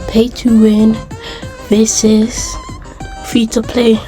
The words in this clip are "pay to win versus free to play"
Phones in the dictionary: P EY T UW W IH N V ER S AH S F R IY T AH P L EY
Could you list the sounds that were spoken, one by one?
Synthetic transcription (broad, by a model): P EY T UW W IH N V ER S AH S F IY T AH P L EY